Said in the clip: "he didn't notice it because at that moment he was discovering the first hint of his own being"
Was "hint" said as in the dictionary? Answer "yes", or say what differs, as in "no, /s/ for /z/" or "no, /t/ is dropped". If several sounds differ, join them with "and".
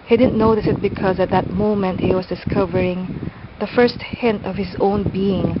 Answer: yes